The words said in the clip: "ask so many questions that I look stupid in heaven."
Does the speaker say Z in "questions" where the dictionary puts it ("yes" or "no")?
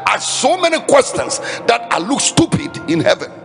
no